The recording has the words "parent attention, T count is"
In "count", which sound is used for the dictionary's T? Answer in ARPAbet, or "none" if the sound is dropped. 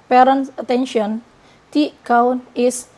none